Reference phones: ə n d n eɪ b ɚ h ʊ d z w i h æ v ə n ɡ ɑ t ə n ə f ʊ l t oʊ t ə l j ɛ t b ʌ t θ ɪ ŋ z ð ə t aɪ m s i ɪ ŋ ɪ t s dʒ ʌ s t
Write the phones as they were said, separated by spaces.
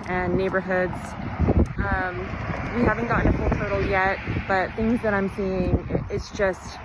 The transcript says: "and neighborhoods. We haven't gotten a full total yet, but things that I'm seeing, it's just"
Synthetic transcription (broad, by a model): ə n n eɪ b ɚ h ʊ d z w i h æ v ə n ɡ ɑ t n ə f ʊ l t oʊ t l j ɛ t b ʌ t θ ɪ ŋ z ð ə t aɪ m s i ɪ ŋ ɪ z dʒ ʌ s t